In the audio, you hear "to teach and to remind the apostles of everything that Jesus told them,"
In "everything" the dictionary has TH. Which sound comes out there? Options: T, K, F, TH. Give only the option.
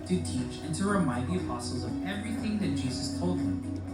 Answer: TH